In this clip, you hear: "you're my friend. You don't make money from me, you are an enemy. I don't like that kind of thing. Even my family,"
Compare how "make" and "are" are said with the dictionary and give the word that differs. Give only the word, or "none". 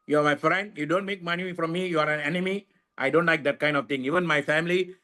none